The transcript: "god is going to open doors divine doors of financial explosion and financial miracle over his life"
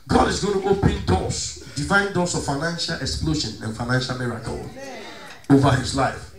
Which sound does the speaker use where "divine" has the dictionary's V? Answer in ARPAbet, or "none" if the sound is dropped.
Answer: V